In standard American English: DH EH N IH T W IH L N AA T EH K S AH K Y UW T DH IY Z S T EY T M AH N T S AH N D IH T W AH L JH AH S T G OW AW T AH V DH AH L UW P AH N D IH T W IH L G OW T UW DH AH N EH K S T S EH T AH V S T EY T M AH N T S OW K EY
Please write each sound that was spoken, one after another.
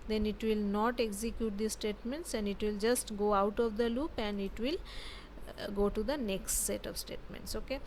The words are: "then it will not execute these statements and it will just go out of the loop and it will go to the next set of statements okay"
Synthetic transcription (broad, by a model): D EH N IH T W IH L N AA T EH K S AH K Y UW T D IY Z S T EY T M AH N T S AH N D IH T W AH L JH AH S T G OW AW T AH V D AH L UW P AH N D IH T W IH L G OW T UW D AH N EH K S T S EH T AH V S T EY T M AH N T S OW K EY